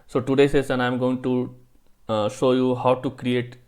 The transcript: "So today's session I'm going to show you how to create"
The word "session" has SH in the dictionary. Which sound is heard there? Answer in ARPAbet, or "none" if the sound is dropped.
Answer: S